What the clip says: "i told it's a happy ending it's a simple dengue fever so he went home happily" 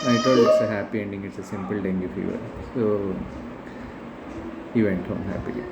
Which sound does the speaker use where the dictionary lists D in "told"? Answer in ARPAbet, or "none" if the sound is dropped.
none